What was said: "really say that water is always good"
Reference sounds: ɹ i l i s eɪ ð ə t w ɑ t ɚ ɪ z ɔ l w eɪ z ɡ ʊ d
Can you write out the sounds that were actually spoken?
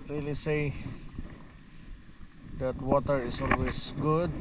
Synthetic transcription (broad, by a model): ɹ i l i s eɪ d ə t w ɑ t ɚ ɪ s ɔ l w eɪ s ɡ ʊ d